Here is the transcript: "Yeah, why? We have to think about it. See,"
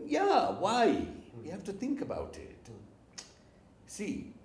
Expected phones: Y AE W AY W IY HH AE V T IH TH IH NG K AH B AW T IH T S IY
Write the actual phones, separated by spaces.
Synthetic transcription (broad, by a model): Y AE W AY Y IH HH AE F T IH TH IH NG K AH B AW T IH T S IY